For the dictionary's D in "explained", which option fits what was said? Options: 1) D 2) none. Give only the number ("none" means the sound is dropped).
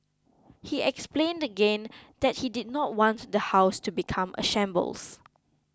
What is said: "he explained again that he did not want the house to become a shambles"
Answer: 1